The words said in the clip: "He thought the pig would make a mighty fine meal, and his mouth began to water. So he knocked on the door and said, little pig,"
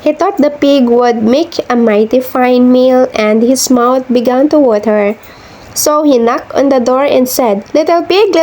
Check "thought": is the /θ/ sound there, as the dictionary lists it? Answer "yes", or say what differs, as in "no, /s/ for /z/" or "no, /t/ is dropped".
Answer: no, /t/ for /θ/